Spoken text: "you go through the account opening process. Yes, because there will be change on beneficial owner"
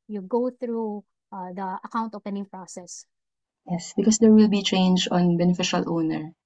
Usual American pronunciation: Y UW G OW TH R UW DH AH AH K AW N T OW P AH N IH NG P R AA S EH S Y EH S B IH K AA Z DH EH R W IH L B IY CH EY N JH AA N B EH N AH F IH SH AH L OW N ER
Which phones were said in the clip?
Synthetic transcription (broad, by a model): Y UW G OW TH R UW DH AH AH K AW N T OW P AH N IH NG P R AA S EH S Y EH S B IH K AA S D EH R W IH L B IY CH EY N JH AA N B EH N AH F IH SH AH L OW N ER